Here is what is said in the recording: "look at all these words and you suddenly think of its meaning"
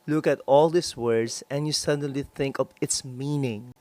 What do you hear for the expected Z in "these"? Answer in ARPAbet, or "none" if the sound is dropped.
S